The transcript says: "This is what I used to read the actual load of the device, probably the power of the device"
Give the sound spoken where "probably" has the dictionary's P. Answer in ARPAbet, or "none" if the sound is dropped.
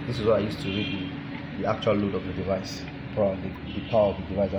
F